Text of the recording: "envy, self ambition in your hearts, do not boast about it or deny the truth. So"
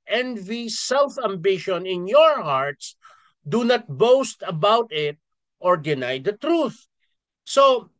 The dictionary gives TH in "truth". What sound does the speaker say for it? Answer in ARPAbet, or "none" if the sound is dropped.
TH